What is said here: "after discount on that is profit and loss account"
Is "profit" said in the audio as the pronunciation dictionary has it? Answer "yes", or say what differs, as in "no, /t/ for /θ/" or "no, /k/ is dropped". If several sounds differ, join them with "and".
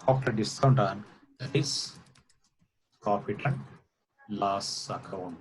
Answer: no, /p/ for /f/